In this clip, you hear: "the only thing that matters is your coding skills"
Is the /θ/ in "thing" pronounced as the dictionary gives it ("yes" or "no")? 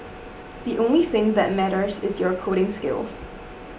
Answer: yes